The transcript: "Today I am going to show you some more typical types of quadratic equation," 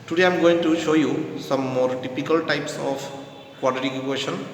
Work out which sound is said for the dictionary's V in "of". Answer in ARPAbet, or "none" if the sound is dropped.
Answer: P